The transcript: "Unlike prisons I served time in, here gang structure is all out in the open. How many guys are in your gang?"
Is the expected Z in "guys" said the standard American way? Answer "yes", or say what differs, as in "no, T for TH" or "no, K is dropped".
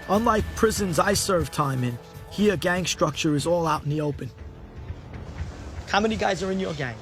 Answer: yes